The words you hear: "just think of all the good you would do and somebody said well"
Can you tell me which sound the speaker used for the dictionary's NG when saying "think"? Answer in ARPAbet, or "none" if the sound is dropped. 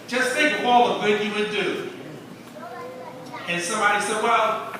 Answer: none